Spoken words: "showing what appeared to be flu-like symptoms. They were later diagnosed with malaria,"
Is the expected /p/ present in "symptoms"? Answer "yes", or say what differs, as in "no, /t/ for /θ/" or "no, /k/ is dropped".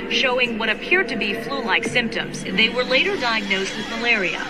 yes